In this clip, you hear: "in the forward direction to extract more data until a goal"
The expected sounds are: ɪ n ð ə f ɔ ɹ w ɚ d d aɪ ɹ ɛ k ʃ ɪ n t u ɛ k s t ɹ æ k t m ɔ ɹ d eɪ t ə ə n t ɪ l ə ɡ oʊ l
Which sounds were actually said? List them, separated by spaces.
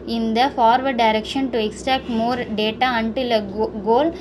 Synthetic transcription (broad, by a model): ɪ n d ə f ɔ ɹ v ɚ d d aɪ ɹ ɛ k ʃ ɪ n t u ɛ k s t æ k t m ɔ ɹ d eɪ t ə ə n t ɪ l ə ɡ oʊ l